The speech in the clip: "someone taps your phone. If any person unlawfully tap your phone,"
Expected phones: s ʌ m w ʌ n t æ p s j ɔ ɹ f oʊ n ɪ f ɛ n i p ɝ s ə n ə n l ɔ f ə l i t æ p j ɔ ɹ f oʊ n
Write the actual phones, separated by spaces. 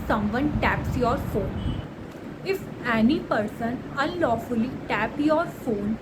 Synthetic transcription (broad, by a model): s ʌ m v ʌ n t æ p s j ɔ ɹ f oʊ n ɪ f ɛ n i p ɝ s ə n ə n l ɔ f ə l i t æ p j ɔ ɹ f oʊ n